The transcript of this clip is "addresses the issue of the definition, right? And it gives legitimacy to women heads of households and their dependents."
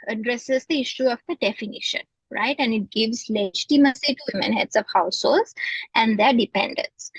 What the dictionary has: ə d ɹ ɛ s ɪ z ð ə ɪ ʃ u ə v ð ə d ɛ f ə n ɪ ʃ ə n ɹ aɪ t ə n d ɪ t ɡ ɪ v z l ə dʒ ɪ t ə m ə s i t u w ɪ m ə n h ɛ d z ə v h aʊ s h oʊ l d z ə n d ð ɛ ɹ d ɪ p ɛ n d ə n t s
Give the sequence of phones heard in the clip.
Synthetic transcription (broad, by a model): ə d ɹ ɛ s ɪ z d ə ɪ ʃ u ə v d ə d ɛ f ə n ɪ ʃ ə n ɹ aɪ t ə n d ɪ t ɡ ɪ v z l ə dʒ t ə m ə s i t u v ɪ m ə n h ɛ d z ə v h aʊ s h oʊ l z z ə n d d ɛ ɹ d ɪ p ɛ n d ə n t s